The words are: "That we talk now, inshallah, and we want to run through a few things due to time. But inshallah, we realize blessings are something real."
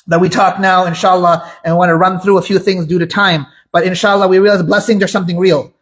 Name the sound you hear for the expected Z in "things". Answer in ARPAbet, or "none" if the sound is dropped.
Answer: Z